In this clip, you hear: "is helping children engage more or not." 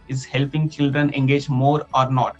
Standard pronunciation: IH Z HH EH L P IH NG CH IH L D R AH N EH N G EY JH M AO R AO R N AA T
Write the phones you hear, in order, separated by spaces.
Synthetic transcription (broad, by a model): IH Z HH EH L P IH NG CH IH L D R AH N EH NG G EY JH M AO R AO R N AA T